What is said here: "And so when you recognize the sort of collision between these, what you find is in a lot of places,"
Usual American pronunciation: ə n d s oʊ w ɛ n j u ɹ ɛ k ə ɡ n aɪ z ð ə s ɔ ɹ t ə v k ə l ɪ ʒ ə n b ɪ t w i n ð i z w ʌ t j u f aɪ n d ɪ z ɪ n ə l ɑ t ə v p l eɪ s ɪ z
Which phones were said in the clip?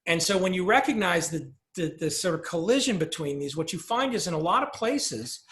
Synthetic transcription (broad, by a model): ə n s oʊ w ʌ n j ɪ ɹ ɛ k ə ɡ n aɪ z ð ə s ɔ ɹ t ə v k ə l ɪ ʒ ə n b ɪ t w i n ð i z w ʌ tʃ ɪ f aɪ n d ɪ z ɪ n ə l ɑ t ə v p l eɪ s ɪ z